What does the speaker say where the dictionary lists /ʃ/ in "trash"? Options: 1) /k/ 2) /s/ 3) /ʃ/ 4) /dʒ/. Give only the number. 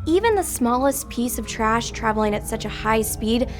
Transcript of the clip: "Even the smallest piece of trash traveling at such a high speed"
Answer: 3